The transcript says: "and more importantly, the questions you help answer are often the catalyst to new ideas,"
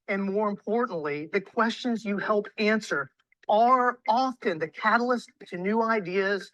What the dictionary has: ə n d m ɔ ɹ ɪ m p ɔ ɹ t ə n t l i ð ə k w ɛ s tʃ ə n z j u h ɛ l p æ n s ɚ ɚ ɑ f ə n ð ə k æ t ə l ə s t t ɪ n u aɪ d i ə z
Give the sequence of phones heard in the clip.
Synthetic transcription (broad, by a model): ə n m ɔ ɹ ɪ m p ɔ ɹ t n t l i ð ə k w ɛ s tʃ ə n z j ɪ h ɛ l p æ n s ɚ ɚ ɑ f ə n ð ə k æ t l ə s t t ɪ n u aɪ d i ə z